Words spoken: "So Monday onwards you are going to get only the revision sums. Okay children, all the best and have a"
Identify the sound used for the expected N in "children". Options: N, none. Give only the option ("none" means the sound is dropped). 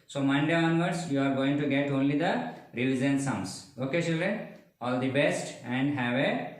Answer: none